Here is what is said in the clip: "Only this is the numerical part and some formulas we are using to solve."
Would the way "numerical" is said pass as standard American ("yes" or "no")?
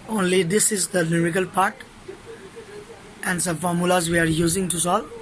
no